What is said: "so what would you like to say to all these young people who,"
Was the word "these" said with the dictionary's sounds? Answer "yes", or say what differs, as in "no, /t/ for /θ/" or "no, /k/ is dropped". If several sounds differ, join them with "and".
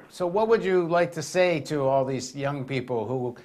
yes